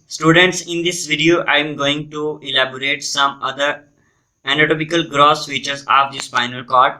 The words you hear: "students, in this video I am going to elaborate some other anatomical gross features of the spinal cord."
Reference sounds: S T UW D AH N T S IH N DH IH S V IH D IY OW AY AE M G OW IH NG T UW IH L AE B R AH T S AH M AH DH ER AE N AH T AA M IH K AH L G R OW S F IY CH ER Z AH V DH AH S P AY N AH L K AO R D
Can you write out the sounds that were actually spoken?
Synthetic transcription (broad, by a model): S T UW D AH N T S IH N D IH S V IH D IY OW AY M G OW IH NG T UW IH L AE B R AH T S AH M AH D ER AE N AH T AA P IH K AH L G R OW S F IY CH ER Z AH V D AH S F AY N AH L K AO R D